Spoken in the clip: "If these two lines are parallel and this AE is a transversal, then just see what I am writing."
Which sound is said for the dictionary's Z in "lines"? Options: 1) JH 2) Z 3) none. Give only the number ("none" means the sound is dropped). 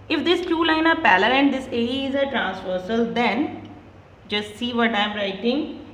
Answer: 3